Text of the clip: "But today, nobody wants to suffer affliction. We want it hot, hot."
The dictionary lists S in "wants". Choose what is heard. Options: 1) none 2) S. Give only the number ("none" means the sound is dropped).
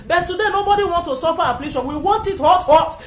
1